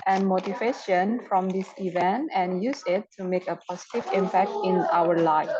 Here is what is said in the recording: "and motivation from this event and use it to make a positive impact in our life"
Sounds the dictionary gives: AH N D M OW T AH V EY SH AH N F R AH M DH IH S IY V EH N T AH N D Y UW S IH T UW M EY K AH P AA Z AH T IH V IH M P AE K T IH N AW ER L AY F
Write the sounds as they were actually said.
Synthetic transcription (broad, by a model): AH N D M OW T AH V EY SH AH N F R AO M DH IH S IY V EH N T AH N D Y UW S IH T UW M EY K AH P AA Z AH T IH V IH M P AE K T IH N AW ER L AY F